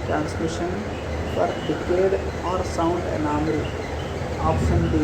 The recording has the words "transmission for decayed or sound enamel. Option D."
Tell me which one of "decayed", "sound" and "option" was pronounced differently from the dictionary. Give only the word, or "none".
option